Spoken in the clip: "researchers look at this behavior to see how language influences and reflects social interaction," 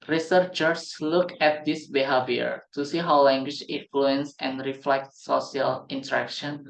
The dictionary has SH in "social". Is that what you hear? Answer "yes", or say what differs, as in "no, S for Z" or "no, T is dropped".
no, SH is dropped